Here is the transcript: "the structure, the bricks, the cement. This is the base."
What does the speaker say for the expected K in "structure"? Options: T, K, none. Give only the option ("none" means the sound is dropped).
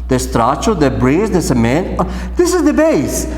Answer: none